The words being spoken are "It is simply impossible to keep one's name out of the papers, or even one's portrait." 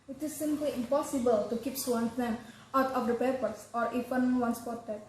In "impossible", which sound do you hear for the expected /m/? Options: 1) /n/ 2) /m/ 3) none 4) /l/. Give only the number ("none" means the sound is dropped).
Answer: 2